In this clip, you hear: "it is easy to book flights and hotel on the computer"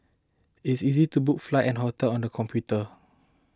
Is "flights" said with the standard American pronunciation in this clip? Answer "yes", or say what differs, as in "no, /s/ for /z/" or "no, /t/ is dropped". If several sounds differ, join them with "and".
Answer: no, /s/ is dropped